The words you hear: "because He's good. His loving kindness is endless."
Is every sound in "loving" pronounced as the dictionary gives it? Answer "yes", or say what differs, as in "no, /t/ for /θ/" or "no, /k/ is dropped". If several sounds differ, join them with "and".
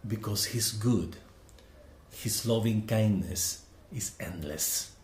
yes